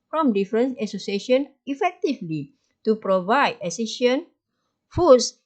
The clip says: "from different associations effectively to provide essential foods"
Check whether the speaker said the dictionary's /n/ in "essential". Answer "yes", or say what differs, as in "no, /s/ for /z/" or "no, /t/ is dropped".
no, /n/ is dropped